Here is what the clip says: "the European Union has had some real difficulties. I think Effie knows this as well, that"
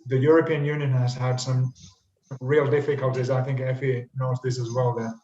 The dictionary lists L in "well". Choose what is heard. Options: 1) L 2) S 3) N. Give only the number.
1